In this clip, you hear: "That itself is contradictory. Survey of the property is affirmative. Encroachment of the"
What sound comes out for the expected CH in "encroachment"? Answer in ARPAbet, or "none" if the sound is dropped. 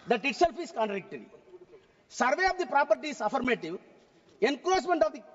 S